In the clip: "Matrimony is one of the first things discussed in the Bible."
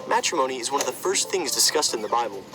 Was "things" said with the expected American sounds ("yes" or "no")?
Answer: yes